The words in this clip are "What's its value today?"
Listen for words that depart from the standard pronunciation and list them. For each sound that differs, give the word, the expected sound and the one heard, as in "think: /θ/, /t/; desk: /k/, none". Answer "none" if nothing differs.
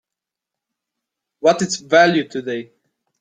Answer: what's: /s/, none